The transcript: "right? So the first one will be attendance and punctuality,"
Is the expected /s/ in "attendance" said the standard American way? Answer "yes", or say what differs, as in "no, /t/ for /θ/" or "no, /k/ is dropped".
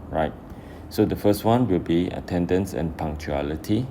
yes